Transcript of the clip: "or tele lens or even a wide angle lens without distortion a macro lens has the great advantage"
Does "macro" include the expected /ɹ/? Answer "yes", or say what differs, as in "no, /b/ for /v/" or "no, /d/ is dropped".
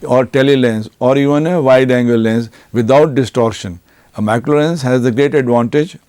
no, /l/ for /ɹ/